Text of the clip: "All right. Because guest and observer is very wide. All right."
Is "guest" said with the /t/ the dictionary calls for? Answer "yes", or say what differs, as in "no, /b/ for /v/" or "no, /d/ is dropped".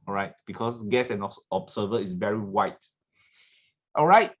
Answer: no, /t/ is dropped